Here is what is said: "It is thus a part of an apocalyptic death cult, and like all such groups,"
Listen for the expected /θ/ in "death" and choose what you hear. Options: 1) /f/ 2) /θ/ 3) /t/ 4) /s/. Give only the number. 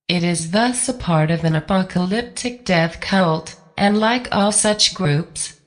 2